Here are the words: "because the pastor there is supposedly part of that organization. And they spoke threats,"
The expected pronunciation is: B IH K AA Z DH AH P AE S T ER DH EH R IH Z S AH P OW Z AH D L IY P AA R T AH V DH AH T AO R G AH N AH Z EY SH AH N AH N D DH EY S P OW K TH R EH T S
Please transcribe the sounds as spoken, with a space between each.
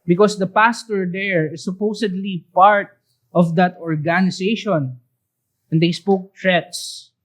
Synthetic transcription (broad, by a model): B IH K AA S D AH P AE S T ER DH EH R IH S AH P OW S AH D L IY P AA R T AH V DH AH T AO R G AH N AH S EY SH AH N AH N D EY S P OW K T R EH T S